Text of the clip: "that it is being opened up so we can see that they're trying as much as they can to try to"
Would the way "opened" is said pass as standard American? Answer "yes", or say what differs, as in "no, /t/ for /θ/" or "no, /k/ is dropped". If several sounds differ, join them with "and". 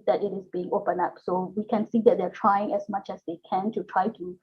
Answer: no, /d/ is dropped